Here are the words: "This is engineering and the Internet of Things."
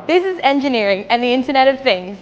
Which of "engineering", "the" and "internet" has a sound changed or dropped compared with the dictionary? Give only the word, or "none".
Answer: none